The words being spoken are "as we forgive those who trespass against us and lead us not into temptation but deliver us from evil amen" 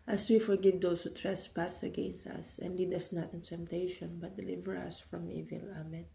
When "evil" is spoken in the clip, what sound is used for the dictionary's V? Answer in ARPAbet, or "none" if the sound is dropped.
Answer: V